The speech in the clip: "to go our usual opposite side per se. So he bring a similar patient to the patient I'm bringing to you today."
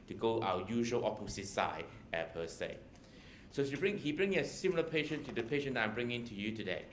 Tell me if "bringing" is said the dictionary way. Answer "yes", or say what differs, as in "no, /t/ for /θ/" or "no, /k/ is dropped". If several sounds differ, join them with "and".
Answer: yes